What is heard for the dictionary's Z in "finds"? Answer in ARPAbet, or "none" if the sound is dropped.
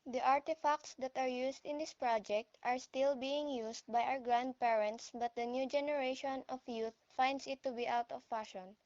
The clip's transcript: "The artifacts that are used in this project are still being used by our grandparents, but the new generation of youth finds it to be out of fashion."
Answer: S